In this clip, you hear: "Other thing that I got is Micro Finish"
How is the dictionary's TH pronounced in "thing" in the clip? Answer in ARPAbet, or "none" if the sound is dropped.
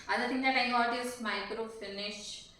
T